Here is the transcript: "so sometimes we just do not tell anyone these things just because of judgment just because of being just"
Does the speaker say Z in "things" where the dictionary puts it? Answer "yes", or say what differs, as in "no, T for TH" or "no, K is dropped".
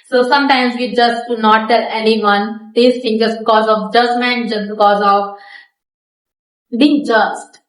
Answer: no, Z is dropped